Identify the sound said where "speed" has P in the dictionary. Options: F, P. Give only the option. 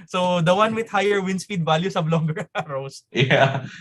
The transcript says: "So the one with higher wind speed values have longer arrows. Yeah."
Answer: F